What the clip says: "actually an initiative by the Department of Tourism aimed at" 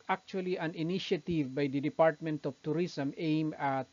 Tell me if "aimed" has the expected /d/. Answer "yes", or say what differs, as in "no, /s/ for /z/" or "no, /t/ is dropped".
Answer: no, /d/ is dropped